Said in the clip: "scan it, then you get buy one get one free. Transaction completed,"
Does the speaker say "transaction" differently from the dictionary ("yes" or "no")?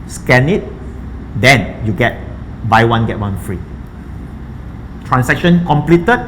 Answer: yes